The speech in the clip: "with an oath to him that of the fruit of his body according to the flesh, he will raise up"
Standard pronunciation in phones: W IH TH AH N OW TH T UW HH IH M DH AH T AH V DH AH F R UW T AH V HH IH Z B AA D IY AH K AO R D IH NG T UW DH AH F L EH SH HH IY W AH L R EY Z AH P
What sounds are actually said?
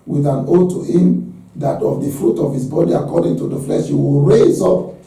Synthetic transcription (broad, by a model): W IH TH AH N OW T UW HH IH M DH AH T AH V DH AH F R UW T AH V HH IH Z B AA D IY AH K AO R D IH NG T UW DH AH F L EH SH HH IY W AH L R EY Z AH P